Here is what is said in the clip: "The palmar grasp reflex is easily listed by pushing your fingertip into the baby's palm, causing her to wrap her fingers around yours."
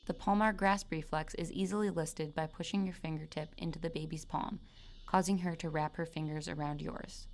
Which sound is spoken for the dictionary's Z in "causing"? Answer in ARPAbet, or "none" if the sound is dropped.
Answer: Z